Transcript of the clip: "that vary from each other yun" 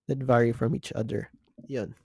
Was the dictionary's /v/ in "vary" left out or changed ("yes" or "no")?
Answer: no